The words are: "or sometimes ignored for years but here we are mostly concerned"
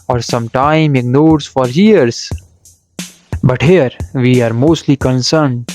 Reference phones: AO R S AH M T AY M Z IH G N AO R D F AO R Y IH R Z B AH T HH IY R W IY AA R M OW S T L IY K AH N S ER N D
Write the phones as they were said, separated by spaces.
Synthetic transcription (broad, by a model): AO R S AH M T AY M IH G N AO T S F AO R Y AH R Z B AH T HH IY R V IY AA R M OW S T L IY K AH N S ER N D